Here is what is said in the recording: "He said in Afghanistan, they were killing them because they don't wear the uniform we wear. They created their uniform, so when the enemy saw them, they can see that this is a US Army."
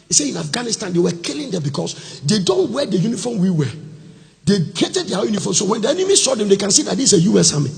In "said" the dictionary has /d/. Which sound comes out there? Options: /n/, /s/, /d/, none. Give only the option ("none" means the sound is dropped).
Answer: none